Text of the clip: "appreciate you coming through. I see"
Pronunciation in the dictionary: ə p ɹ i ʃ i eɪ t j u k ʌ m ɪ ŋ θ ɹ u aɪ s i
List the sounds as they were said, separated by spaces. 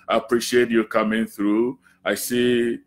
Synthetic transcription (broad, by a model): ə p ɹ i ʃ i eɪ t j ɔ k ʌ m ɪ ŋ θ ɹ u aɪ s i